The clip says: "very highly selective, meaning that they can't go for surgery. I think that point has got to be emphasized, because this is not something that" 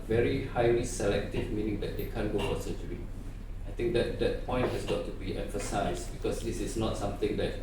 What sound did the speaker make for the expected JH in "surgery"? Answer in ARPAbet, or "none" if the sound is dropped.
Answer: CH